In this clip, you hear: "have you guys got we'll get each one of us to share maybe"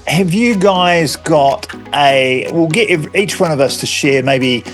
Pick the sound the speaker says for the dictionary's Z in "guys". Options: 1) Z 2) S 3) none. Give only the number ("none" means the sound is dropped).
1